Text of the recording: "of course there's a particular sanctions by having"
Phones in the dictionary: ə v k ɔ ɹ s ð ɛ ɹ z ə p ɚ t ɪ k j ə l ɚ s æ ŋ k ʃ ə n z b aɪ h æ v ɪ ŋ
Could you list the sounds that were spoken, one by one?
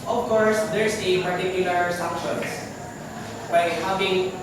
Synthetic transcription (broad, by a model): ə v k ɔ ɹ s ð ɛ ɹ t ə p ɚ t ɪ k j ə l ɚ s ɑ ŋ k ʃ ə n s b aɪ h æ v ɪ ŋ